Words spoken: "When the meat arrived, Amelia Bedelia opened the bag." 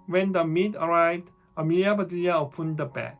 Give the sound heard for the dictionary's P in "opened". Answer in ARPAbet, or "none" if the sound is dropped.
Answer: P